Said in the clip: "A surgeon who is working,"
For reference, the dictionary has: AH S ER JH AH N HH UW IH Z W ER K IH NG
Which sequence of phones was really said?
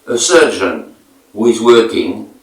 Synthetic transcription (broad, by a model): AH S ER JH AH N HH UW IH Z W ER K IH NG